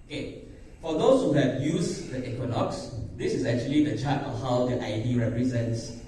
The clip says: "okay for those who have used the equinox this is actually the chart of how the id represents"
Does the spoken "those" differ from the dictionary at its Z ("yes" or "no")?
yes